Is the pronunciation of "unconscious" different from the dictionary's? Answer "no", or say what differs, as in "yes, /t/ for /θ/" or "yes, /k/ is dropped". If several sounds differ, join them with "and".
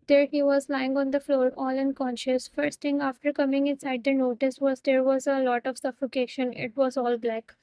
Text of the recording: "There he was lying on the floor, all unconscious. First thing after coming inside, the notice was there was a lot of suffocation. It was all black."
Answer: no